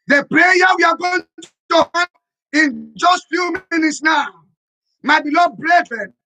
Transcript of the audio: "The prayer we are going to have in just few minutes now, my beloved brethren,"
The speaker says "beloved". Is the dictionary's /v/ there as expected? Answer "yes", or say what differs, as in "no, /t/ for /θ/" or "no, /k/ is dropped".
no, /v/ is dropped